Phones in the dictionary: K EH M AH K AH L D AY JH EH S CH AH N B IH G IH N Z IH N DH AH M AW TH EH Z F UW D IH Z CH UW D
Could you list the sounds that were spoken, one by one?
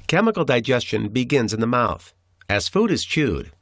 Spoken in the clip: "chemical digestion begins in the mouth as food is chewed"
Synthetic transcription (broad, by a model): K EH M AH K L D AY JH EH S CH AH N B IH G IH N Z IH N DH AH M AW TH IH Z F UW D IH Z CH UW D